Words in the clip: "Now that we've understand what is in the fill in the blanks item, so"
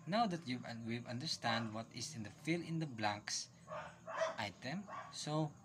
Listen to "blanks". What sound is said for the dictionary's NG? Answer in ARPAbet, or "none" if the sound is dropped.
none